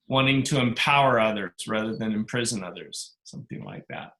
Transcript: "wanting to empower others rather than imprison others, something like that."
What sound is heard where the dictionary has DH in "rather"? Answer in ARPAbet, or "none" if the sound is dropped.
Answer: DH